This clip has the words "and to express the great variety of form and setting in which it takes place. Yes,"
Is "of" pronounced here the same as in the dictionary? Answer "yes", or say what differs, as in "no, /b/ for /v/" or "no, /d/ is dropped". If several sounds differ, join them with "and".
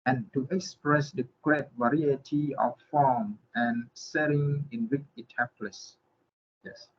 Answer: no, /f/ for /v/